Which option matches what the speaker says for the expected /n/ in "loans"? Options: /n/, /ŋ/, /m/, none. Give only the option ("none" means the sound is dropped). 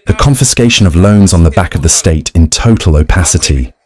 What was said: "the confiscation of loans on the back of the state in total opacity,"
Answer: /n/